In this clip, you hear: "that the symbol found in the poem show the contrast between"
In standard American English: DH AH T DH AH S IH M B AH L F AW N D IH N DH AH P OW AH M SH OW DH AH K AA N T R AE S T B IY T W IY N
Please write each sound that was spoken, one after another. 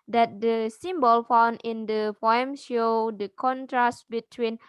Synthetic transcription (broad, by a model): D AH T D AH S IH M B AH L F AW N D IH N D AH F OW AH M SH OW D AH K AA N T R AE S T B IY T W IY N